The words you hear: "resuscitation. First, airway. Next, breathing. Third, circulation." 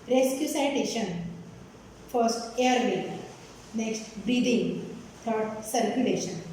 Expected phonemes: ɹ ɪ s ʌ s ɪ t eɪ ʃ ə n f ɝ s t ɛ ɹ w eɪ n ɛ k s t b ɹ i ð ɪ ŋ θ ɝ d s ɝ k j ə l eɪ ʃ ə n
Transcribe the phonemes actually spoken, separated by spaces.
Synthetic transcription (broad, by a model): ɹ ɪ s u s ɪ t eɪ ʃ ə n f ɝ s t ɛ ɹ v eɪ n ɛ k s t b ɹ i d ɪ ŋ t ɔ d s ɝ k j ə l eɪ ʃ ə n